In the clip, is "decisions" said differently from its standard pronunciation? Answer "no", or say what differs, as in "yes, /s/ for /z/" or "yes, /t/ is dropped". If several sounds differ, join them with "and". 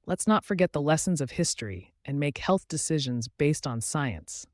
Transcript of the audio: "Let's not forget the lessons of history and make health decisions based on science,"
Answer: no